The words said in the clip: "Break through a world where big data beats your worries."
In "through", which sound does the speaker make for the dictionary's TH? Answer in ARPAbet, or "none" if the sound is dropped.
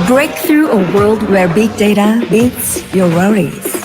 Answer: TH